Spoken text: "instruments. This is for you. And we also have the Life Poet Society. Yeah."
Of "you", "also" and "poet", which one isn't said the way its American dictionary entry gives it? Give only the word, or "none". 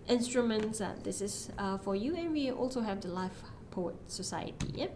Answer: none